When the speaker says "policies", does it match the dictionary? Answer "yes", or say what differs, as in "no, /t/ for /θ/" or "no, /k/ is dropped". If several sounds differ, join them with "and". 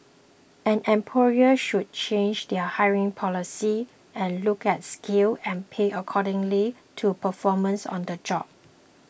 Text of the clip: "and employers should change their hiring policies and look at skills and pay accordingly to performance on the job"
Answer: no, /z/ is dropped